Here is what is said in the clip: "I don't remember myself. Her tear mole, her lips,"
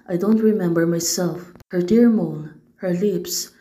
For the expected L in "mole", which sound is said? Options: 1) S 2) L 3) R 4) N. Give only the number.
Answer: 4